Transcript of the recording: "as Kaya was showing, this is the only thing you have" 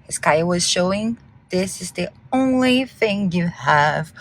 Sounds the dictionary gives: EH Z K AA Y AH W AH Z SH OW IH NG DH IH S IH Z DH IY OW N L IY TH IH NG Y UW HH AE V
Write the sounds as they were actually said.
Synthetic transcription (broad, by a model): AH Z K AA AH W AH Z SH OW IH NG DH IH S IH Z DH IY OW N L IY TH IH NG Y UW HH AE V